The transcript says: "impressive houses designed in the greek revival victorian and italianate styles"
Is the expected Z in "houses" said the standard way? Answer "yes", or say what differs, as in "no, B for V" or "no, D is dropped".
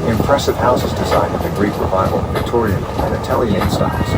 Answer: yes